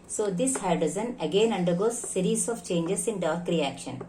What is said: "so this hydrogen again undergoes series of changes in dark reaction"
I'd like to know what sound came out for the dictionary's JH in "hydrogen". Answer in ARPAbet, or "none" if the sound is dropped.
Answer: Z